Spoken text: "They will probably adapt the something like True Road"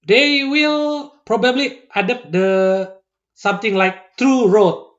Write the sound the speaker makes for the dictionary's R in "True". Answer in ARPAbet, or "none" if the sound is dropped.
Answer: R